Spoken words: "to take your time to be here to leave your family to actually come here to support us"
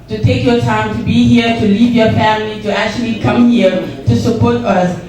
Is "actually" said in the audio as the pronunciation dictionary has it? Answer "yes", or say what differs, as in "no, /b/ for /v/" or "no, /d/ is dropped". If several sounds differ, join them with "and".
yes